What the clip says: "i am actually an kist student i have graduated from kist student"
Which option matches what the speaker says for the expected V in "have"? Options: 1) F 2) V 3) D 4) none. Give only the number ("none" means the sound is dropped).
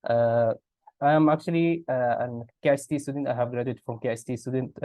2